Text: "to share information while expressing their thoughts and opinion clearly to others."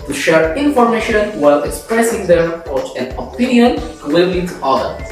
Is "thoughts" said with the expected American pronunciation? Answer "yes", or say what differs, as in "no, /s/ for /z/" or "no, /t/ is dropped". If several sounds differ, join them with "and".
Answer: no, /s/ is dropped